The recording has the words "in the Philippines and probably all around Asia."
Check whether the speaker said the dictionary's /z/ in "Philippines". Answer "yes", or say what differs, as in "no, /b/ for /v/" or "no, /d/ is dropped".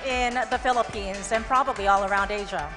yes